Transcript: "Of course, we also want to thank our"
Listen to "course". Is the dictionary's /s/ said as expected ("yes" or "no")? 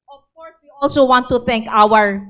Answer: no